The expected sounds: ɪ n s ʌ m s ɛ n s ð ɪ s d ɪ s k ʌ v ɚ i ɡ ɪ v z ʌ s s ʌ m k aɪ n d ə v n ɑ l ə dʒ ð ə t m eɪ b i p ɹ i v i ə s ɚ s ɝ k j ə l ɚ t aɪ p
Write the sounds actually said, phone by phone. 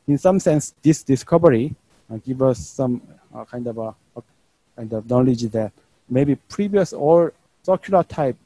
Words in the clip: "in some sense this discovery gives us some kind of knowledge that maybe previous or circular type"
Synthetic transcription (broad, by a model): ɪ n s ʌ m s ɛ n s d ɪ s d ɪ s k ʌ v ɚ i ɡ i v ʌ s s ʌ m k aɪ n d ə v n ɑ l ə dʒ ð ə t m eɪ b i p ɹ i v i ə s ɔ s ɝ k j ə l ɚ t aɪ p